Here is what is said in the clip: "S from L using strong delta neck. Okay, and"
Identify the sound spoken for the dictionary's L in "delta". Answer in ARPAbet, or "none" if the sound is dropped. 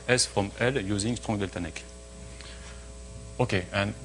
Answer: L